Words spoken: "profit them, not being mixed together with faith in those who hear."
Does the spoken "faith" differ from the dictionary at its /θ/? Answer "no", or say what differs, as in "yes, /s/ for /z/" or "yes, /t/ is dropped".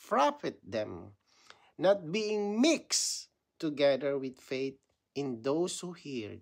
yes, /t/ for /θ/